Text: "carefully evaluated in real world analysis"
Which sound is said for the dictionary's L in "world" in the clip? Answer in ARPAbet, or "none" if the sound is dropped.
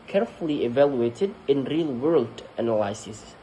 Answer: L